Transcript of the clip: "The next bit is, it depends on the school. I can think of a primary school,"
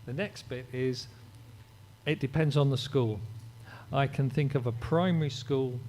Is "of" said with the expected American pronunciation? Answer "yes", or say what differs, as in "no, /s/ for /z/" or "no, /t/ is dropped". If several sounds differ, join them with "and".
yes